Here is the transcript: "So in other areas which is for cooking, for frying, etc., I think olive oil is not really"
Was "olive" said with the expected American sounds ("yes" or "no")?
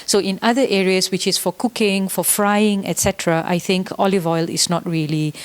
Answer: yes